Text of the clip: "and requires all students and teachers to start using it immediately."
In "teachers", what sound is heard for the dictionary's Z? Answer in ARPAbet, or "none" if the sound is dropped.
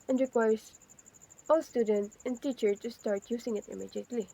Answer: none